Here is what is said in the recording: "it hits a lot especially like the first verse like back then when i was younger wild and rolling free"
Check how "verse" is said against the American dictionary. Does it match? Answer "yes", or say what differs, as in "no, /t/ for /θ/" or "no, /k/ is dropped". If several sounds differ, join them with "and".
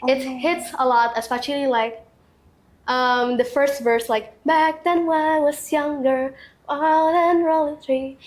yes